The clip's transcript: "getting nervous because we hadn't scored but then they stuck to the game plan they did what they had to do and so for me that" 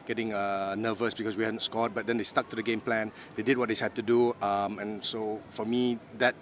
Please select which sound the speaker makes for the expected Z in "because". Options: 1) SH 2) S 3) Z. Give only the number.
2